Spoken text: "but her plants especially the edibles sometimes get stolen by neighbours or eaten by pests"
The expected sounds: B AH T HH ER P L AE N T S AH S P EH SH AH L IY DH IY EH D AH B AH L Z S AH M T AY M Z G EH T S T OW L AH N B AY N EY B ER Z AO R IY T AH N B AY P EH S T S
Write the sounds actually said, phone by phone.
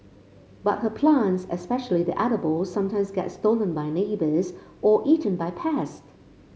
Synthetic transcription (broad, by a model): B AH T HH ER P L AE N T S AH S P EH SH AH L IY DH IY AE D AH B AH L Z S AH M T AY M Z G EH T S T OW L AH N B AY N EY B ER Z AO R IY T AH N B AY P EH S T